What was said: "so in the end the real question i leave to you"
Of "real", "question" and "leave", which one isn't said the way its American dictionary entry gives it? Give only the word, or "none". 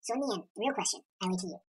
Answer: leave